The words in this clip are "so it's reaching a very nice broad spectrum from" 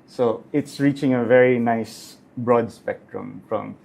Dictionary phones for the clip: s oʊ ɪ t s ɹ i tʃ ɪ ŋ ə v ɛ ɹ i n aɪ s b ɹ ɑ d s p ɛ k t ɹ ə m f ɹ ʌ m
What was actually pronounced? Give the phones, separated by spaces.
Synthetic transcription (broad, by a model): s oʊ ɪ t s ɹ i tʃ ɪ ŋ ə v ɛ ɹ i n aɪ s b ɹ ɑ d s p ɛ k t ɹ ə m f ɹ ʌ m